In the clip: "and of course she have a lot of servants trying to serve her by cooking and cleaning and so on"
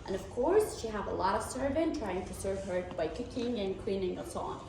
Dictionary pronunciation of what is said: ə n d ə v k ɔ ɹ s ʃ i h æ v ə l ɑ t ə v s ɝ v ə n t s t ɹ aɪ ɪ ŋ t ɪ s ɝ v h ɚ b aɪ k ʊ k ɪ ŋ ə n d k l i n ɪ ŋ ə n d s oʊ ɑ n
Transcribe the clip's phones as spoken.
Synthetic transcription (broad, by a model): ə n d ə v k ɔ ɹ s ʃ i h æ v ə l ɑ t ə v s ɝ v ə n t t ɹ aɪ ɪ ŋ t ɪ s ɝ v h ɚ b aɪ k ʊ k ɪ ŋ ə n k w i n ɪ ŋ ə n s oʊ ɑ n